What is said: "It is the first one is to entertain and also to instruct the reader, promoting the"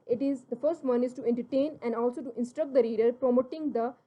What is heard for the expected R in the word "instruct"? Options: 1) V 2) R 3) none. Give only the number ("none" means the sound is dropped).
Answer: 2